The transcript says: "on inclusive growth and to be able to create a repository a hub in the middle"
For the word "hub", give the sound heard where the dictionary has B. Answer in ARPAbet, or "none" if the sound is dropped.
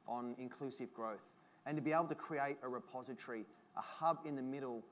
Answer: B